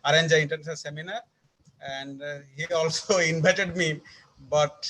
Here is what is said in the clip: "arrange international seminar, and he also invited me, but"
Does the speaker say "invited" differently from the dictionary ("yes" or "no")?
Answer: yes